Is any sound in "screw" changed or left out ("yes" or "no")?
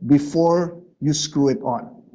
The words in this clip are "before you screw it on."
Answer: no